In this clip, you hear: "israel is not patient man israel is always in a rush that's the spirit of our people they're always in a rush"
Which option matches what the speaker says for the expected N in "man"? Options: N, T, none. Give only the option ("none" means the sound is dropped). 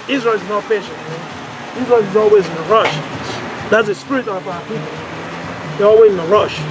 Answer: none